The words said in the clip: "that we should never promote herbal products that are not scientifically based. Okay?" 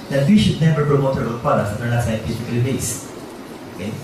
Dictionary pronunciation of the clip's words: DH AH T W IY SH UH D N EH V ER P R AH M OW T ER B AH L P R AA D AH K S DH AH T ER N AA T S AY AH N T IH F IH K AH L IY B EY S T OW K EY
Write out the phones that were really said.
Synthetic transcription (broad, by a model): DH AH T W IY SH UH D N EH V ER P R AH M OW T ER AH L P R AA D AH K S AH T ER L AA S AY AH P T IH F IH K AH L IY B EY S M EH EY